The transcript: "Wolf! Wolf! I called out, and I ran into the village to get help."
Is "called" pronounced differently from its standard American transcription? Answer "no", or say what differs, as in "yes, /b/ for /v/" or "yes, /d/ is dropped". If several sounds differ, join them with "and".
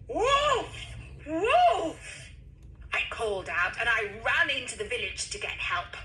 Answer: no